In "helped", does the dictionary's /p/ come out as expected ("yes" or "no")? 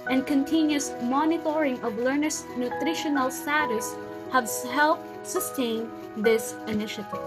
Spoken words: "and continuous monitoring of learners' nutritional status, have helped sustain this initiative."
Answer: yes